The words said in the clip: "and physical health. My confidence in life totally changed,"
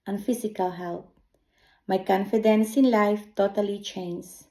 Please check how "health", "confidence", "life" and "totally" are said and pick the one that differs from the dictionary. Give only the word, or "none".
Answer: health